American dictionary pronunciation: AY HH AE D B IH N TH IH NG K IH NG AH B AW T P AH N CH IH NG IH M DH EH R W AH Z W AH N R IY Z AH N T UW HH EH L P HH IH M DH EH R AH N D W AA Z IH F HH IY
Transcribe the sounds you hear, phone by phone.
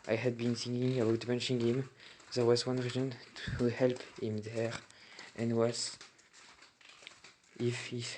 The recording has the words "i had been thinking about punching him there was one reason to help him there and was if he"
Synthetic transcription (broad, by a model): AY HH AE D B IH N S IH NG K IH NG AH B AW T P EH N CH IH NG IH M DH EH R W AH Z W AH N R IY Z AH N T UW HH EH L P HH IH M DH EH R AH N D W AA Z IH F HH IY